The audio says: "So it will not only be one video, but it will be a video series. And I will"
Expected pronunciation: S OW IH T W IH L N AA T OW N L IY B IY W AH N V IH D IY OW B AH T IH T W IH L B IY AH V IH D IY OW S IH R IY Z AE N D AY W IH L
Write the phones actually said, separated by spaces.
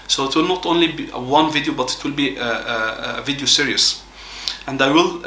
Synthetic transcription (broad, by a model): S OW IH T W IH L N AA T OW N L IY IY W AH N V IH D IY OW B AH T IH T W IH L B IY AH V IH D IY OW S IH R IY S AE N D AY W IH L